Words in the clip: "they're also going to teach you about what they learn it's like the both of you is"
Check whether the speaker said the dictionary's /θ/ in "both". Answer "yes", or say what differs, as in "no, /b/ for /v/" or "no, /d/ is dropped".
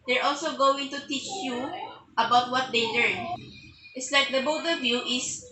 no, /t/ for /θ/